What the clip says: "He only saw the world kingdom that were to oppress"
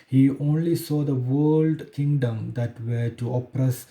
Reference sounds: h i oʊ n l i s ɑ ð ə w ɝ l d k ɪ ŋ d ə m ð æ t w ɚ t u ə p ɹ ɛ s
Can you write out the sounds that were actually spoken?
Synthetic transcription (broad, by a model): h i oʊ n l i s ɑ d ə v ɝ l d k ɪ ŋ d ə m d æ t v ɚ t u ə p ɹ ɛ s